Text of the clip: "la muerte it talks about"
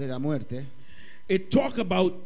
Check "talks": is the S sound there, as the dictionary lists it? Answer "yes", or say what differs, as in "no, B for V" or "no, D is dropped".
no, S is dropped